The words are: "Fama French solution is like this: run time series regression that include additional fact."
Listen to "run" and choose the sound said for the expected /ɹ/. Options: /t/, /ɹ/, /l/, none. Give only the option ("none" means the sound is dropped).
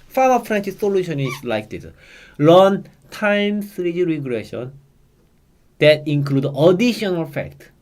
/l/